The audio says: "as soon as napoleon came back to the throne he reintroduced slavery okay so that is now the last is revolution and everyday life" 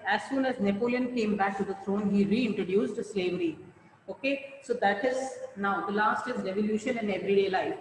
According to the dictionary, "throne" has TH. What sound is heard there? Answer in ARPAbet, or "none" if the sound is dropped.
T